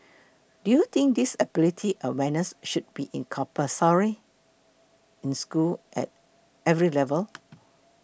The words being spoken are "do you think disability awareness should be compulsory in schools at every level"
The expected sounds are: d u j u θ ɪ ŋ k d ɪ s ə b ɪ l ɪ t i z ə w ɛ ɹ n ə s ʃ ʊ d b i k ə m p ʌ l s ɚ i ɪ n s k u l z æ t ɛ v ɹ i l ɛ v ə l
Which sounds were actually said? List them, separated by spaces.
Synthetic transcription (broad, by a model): d u j u t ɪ ŋ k d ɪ s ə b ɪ l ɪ t i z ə w ɛ n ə s ʃ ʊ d b i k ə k p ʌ s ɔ i ɪ n s k u l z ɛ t ɛ v ɹ i l ɛ v ə l